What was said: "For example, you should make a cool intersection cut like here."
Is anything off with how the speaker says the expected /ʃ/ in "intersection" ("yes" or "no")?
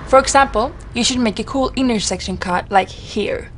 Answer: no